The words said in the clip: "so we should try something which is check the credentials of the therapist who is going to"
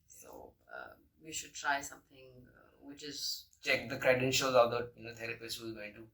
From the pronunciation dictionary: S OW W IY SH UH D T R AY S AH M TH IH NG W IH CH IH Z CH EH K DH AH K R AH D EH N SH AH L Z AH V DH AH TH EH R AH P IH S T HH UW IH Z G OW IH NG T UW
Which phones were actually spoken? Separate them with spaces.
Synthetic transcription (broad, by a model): S OW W IY SH UH D T R AY S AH M T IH NG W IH CH IH Z CH EH K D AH K R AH D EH N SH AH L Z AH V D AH T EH R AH P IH S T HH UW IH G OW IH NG T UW